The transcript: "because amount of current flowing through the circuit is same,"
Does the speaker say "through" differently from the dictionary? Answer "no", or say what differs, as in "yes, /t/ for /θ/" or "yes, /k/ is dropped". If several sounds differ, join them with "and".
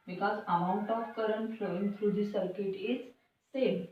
yes, /f/ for /θ/